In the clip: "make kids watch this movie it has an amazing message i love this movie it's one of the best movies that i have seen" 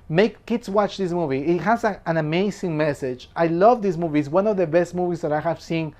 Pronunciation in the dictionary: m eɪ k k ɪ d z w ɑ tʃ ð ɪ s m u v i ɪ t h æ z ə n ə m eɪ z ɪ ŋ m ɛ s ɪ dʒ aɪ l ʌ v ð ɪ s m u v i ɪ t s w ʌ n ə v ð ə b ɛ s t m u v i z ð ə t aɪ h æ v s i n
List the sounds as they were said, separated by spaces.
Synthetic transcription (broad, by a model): m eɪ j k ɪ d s w ɑ tʃ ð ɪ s m u v i ɪ t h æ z ə n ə m eɪ s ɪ ŋ m ɛ s ɪ dʒ aɪ l ʌ v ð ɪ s m u v i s w ʌ n ə v ð ə b ɛ s t m u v i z ð ə t aɪ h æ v s i n